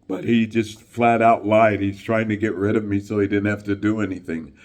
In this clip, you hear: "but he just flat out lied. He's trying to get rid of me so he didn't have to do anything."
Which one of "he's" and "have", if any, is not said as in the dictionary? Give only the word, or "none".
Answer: have